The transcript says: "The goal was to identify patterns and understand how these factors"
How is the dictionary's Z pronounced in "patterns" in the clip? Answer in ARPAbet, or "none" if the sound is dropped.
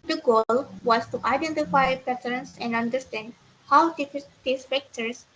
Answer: S